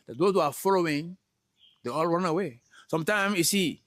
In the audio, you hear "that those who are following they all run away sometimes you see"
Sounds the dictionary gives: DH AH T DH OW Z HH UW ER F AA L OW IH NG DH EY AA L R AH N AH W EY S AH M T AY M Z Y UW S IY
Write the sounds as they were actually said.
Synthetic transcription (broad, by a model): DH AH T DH OW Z HH UW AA F AA L OW IH NG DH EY AA L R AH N AH W EY S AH M T AY M Y UW S IY